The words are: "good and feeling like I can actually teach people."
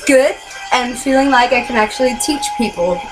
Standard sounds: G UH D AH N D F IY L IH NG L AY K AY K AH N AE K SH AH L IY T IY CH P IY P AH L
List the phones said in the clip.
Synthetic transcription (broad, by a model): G UH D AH F IY L IH NG L AY K AY K AH N AE K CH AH L IY T IY CH P IY P L